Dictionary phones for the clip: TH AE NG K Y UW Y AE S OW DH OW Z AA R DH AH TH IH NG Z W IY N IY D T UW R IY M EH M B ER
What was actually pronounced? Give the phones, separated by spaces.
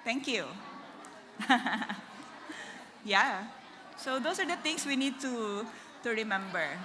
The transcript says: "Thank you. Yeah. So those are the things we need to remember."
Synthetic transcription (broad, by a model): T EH NG K Y UW Y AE S OW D OW S AA R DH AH T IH NG S W IY N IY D T UW R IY M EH M B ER